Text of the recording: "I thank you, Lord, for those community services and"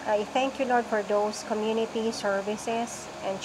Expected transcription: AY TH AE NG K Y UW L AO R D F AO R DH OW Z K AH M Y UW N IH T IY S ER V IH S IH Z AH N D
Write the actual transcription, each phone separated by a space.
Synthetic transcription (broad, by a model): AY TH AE NG K Y UW L AO R D F AO R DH OW S K AH M Y UW N IH T IY S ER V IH S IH S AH N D